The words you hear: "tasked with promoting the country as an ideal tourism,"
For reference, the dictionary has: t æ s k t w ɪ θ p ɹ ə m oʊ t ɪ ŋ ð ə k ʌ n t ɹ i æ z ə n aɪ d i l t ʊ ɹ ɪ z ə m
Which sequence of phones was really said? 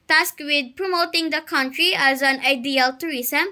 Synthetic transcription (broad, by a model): t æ s k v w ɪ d p ɹ ə m oʊ t ɪ ŋ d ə k ʌ n t ɹ i æ z ə n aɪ d i l t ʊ ɹ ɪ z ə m